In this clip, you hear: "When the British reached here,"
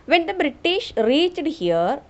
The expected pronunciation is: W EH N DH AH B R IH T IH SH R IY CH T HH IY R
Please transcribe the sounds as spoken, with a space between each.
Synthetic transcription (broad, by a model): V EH N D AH B R IH T IH SH R IY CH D HH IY R